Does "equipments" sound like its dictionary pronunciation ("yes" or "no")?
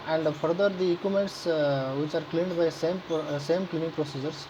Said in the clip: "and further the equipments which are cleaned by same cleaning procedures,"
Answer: no